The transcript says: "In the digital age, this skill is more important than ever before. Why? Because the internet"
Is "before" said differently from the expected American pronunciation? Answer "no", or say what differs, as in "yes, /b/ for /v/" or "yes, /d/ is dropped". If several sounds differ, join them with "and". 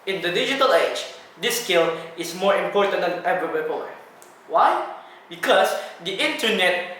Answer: yes, /p/ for /f/